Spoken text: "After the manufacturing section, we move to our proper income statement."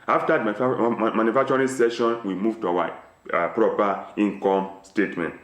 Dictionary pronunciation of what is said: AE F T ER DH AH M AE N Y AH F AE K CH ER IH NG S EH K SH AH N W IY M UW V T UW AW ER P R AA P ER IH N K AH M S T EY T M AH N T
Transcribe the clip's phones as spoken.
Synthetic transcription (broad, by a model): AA F T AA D M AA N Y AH F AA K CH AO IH S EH SH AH N W IY M UW V T UW AW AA P R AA P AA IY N K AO M S T EY T M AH N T